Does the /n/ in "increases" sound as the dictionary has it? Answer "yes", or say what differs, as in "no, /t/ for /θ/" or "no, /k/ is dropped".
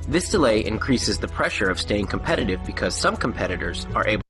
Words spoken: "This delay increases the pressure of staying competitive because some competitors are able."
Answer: yes